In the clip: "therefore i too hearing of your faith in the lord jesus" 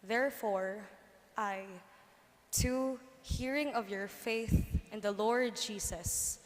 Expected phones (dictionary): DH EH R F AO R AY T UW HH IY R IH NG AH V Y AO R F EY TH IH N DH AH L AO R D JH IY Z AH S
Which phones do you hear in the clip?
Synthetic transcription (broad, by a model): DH EH R F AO R AY T UW HH IY R IH NG AH V Y AO R F EY TH IH N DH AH L AO R D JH IY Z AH S